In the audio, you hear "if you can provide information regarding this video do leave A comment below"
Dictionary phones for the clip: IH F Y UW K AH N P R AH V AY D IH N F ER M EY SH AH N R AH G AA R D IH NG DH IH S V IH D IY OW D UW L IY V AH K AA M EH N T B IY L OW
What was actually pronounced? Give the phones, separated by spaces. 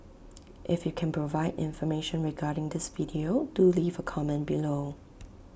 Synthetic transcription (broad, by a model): IH F Y UW K AH N P R AH V AY D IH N F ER M EY SH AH N R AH G AA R D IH NG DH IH S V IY D IY OW D UW L IY V AH K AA M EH N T B IY L OW